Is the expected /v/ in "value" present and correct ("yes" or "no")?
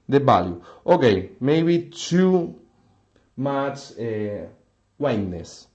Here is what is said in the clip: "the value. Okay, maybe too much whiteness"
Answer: no